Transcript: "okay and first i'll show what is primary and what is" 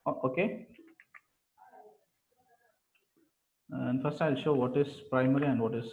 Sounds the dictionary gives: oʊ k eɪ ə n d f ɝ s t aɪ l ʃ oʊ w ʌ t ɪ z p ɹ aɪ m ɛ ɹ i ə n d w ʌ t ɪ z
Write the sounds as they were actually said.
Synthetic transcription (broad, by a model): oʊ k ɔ ə n d f ɝ s t aɪ l ʃ oʊ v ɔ t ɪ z p ɹ aɪ m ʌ ɹ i ə n d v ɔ t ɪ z